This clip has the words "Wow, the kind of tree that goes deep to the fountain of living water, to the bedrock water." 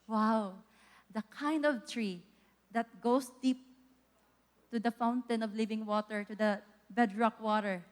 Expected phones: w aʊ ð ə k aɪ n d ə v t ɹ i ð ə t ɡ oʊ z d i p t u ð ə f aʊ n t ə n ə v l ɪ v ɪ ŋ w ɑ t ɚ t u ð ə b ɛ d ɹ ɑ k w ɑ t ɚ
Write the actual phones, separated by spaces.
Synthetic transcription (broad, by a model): w aʊ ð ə k aɪ n d ə v t ɹ i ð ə t ɡ oʊ s d i p t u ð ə f aʊ n t ə n ə v l ɪ v ɪ ŋ w ɑ t ɚ t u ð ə b ɛ d ɹ ɑ k w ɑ t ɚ